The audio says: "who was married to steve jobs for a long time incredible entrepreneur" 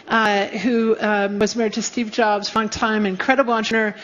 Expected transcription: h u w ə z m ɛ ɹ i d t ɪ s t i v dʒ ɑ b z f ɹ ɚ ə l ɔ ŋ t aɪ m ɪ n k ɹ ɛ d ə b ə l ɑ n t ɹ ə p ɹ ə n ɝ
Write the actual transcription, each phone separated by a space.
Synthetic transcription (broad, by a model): h u w ə z m ɛ ɹ i d t ɪ s t i v dʒ ɑ b z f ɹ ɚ ə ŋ t aɪ m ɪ n k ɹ ɛ d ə b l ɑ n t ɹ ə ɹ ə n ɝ